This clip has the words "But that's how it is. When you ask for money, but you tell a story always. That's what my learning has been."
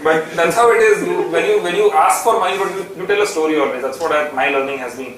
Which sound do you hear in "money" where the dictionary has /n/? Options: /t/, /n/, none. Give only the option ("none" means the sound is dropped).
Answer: none